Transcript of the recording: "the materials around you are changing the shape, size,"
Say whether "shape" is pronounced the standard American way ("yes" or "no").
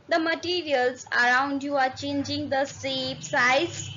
no